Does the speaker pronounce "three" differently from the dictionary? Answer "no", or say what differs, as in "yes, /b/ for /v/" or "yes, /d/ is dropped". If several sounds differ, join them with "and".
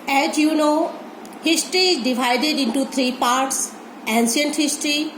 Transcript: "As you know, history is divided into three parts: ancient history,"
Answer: yes, /t/ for /θ/